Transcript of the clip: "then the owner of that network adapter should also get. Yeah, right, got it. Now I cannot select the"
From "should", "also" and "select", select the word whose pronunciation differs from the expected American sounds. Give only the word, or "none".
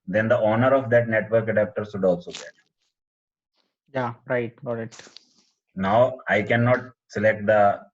should